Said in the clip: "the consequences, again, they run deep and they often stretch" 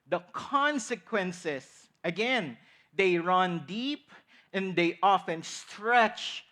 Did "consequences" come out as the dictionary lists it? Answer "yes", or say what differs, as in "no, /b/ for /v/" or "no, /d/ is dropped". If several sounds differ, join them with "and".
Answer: no, /s/ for /z/